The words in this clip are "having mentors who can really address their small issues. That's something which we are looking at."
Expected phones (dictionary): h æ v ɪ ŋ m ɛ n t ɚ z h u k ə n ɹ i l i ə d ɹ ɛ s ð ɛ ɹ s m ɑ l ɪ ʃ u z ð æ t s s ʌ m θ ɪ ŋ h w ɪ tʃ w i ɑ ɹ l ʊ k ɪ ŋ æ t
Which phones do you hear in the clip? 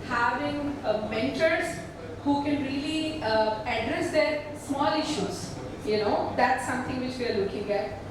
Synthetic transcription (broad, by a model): h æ v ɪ ŋ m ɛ n t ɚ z h u k ə n ɹ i l i ə d ɹ ɛ s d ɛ ɹ s m ɑ l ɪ ʃ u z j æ t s s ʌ m t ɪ ŋ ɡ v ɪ tʃ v i ɑ ɹ l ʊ k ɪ ŋ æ t